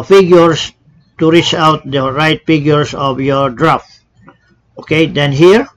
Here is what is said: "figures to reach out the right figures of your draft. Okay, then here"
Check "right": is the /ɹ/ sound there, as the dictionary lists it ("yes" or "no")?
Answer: yes